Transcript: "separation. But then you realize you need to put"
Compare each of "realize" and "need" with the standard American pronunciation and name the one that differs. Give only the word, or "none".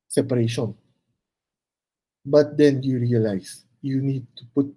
realize